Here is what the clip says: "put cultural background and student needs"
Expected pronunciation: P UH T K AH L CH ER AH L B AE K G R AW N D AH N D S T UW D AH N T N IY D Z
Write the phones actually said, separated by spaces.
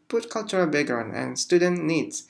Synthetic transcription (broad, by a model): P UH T K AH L CH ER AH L B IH G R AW N AH N S T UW D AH N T N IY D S